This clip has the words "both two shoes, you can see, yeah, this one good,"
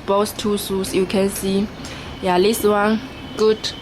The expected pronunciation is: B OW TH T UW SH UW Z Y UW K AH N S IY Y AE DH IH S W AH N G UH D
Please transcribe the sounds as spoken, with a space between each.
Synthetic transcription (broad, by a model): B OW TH T UW S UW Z Y UW K AH N S IY Y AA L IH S W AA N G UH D